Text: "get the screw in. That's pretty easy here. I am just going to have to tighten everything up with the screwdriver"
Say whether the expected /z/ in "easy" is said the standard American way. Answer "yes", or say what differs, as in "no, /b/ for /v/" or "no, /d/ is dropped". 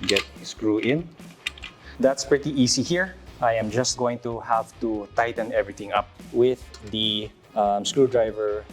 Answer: no, /s/ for /z/